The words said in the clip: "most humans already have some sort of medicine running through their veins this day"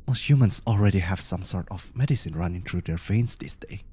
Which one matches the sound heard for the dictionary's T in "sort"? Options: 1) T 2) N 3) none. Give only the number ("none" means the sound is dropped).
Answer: 1